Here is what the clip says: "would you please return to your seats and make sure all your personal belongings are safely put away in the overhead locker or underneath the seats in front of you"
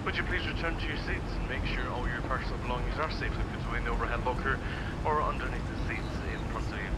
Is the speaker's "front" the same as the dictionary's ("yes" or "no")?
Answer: no